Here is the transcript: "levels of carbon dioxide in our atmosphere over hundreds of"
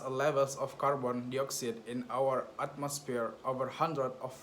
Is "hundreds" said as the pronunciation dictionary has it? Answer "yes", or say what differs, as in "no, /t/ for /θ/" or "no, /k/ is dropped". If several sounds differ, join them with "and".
no, /z/ is dropped